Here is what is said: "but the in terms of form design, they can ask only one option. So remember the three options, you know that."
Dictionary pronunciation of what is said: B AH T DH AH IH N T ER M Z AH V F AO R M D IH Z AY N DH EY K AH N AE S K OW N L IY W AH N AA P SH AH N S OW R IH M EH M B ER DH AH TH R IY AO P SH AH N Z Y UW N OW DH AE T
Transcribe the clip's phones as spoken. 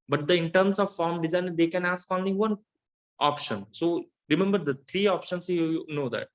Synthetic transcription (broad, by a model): B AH T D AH IH N T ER M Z AH V F AO R M D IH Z AY N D EY K AH N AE S K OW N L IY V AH N AA P SH AH N S OW R IH M EH M B ER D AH T R IY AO P SH AH N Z Y UW N OW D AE T